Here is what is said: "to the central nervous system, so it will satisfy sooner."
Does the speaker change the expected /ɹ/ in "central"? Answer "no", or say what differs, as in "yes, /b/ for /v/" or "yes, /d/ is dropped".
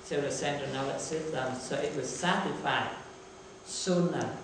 yes, /ɹ/ is dropped